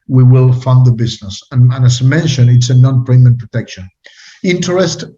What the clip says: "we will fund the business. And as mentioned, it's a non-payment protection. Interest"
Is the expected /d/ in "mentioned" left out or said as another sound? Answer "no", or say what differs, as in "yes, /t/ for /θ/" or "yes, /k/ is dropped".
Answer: yes, /d/ is dropped